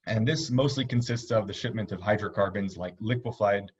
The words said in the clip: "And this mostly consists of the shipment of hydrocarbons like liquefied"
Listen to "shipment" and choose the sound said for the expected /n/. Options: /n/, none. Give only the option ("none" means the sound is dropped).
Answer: /n/